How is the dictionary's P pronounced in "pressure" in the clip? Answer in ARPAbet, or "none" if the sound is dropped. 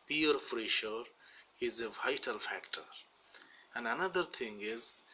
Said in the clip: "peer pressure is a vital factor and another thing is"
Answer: F